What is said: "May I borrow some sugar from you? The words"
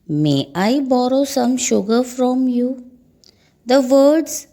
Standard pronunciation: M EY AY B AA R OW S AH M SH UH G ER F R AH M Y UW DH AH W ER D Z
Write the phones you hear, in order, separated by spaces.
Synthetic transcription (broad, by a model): M EY AY B AA R OW S AH M SH UH G ER F R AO M Y UW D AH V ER D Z